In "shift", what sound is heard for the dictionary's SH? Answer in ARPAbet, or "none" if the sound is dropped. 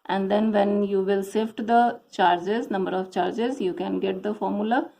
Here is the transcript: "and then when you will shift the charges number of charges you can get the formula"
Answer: S